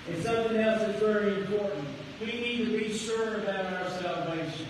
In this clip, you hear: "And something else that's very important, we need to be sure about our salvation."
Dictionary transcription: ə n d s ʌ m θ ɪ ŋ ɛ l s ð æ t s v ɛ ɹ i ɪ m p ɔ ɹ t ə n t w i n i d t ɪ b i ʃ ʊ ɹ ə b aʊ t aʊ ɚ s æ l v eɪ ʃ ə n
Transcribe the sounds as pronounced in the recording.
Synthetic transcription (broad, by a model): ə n s ʌ m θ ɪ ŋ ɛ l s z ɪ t v ɛ ɹ i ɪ m p ɔ ɹ t n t w i n i d t ɪ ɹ i s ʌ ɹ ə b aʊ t aʊ ɚ s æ l v eɪ ʃ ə n